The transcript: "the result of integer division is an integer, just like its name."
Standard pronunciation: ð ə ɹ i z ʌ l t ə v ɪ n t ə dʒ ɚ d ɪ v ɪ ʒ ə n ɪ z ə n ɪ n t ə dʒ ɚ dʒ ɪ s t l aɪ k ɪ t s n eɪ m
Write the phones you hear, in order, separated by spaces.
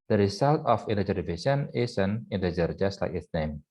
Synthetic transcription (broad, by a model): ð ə ɹ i s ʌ l t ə f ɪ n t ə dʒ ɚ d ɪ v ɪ ʃ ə n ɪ s ə n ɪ n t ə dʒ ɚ dʒ ɪ s t l aɪ k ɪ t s n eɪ m